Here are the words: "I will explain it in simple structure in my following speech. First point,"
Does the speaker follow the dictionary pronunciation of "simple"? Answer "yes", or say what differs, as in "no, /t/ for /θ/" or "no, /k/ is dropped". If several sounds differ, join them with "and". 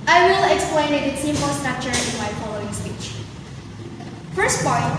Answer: no, /p/ is dropped